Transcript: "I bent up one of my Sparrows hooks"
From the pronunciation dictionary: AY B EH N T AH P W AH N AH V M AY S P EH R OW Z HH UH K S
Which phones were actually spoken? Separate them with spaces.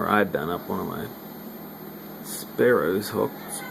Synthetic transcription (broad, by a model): AY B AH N AH P W AH N AH V M AY S P EH R OW Z HH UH K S